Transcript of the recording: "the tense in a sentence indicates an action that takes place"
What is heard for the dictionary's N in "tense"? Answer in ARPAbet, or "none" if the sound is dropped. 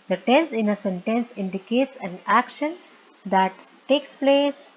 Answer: N